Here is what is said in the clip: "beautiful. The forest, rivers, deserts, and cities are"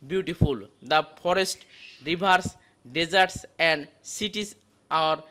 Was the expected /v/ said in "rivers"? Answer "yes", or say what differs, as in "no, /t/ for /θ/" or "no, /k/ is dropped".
no, /b/ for /v/